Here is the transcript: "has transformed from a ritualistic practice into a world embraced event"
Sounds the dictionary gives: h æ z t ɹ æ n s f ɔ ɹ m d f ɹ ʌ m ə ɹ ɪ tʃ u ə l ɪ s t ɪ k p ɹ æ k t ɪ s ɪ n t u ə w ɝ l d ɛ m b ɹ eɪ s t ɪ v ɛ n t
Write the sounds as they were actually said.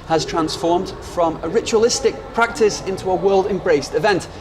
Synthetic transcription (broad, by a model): h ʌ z t ɹ æ n s f ɔ ɹ m d f ɹ ʌ m ə ɹ ɪ tʃ u ə l ɪ s t ɪ k p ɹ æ k t ɪ s ɪ n t u ə w ɝ l d ɛ m b ɹ eɪ s t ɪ v ɛ n t